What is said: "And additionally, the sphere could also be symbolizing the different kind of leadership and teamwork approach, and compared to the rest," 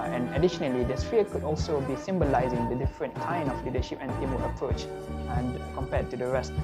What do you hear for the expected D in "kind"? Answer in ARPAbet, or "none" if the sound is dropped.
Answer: none